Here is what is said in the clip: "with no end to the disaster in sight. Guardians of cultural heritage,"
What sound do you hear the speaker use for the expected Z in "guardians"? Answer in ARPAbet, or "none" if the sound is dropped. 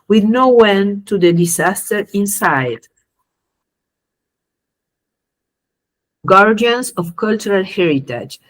S